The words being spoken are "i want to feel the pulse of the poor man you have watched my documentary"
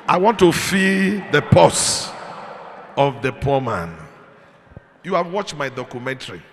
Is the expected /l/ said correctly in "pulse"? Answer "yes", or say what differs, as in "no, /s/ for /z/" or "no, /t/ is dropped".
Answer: no, /l/ is dropped